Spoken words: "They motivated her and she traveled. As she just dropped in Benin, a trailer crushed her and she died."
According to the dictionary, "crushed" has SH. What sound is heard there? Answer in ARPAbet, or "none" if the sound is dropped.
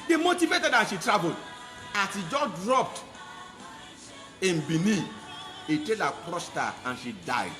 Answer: S